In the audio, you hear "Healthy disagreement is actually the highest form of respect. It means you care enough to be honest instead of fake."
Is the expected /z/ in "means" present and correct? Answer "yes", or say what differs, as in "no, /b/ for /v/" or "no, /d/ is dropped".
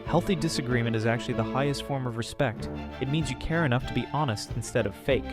yes